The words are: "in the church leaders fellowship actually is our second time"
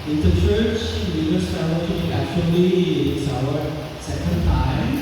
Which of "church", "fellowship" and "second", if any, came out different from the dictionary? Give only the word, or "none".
fellowship